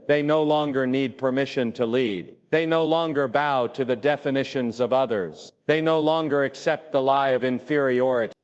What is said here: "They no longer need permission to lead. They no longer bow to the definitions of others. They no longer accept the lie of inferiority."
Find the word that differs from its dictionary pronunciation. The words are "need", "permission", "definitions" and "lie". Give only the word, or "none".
none